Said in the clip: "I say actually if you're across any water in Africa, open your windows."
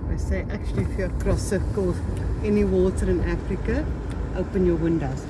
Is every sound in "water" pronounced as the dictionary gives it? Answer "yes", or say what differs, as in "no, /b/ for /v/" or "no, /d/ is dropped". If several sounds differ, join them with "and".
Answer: yes